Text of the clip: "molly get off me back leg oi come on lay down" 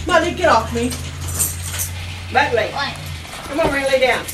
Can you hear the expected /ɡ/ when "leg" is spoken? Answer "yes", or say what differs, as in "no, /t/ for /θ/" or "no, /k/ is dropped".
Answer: no, /ɡ/ is dropped